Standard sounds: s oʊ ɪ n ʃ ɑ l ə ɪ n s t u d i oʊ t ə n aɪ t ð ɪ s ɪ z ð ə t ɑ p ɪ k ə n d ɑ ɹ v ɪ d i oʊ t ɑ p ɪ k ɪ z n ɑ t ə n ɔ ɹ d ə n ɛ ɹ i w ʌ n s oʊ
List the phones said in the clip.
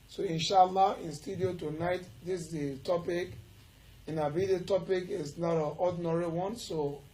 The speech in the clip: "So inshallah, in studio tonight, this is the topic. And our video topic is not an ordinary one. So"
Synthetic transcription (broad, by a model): s oʊ ɪ n ʃ ɑ l ə ɪ n s t u d i oʊ t ə n aɪ t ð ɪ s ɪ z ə t ɑ p ɪ k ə n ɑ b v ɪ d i t ɑ p ɪ k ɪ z n ɑ t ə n ɔ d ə n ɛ ɹ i w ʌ n s oʊ